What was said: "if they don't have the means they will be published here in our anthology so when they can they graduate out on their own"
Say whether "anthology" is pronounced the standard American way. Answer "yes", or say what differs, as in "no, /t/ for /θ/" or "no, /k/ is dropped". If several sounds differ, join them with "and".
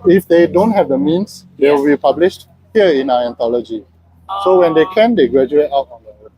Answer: no, /t/ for /θ/